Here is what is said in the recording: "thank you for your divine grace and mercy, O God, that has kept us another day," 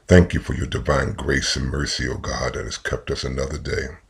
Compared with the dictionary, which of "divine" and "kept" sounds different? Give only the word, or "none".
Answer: none